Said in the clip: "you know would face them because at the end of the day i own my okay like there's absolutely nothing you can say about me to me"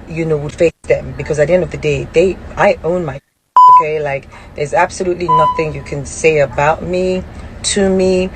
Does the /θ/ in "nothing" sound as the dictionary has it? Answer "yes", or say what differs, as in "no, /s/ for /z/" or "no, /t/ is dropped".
yes